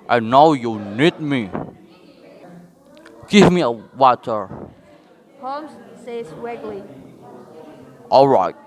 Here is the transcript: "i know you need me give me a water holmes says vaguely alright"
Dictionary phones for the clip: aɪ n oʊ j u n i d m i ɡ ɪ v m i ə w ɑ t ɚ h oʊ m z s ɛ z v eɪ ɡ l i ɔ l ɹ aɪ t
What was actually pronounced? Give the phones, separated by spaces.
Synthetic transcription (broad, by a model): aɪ n oʊ j u n i d m i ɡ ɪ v m i ə w ɑ t ɚ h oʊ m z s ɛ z w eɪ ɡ l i ɔ l ɹ aɪ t